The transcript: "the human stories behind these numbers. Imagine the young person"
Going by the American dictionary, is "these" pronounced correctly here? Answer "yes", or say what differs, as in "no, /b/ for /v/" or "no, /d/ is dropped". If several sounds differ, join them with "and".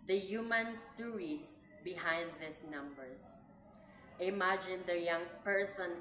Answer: no, /s/ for /z/